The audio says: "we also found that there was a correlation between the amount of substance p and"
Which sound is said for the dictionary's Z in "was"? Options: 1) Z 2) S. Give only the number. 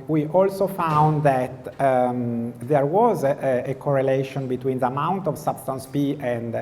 1